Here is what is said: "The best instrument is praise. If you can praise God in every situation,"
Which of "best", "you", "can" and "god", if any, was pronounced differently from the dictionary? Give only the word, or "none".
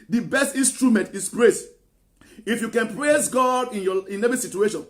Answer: none